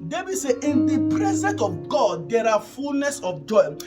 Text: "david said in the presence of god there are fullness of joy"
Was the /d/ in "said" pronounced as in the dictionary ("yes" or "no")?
no